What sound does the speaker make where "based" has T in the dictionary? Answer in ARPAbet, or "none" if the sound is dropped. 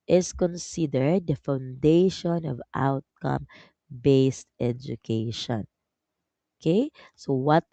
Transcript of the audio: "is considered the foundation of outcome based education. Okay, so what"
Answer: T